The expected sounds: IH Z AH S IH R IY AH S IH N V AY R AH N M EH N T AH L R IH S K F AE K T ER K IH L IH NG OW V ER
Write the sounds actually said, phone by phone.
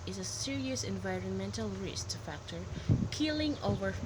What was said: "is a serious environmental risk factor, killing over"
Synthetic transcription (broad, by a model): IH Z AH S IH R IY AH S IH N V AY R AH N M EH N T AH L R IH S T F AE K T ER K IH L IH NG OW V ER